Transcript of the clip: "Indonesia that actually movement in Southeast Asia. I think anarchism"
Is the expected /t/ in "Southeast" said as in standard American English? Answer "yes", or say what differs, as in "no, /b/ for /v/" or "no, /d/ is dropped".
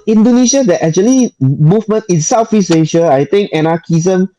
no, /t/ is dropped